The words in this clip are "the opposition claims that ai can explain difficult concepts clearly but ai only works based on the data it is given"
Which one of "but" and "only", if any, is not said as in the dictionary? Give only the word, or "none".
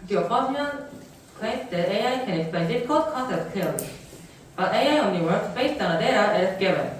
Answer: only